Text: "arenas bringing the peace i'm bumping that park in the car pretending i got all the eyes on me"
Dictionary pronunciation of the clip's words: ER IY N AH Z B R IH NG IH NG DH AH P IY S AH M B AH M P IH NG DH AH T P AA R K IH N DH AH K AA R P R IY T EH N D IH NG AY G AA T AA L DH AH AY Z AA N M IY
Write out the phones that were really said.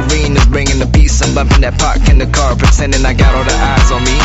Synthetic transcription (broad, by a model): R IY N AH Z B R IH NG IH NG DH AH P IY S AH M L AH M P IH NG DH AH T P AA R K IH N DH AH K AA R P IY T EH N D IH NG AY G AA T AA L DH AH AY Z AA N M IY